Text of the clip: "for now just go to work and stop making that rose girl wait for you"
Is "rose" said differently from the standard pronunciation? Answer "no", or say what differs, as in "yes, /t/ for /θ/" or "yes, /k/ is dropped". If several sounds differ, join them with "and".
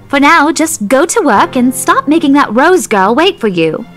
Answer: no